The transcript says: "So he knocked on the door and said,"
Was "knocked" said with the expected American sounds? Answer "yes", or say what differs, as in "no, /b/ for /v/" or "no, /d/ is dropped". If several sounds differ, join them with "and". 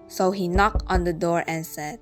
yes